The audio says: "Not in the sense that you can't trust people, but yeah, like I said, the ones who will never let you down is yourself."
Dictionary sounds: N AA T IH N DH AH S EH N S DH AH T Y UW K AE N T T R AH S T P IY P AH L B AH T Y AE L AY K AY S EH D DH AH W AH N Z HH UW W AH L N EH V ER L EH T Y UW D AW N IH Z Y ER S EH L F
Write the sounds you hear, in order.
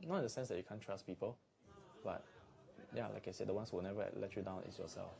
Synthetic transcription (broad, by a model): N AA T IH N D AH S EH N S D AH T Y UW K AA N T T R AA S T P IY P AH L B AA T Y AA L AY K AY S EH D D AH W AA N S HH W AH L N EH V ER L EH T Y UW D AW N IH S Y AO S EH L F